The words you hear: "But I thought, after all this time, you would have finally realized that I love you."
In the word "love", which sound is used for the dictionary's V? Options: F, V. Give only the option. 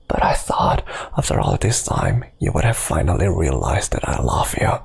F